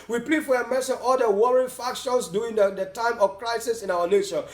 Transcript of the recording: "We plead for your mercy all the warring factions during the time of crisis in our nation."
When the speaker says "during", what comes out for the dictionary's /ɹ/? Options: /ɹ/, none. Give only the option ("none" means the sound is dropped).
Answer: none